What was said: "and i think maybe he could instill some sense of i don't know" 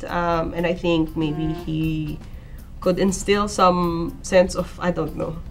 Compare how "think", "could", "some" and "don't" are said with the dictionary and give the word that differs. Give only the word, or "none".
none